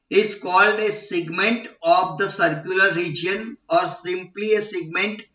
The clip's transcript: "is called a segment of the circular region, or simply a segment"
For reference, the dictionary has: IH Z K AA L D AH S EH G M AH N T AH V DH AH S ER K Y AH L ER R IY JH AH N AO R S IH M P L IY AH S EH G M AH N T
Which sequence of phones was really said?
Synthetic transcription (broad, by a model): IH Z K AA L D AH S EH G M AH N T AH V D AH S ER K Y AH L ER R IY JH AH N AO R S IH M P L IY AH S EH G M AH N T